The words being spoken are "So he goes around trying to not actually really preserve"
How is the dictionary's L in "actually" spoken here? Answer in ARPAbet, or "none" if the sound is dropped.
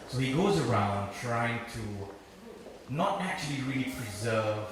L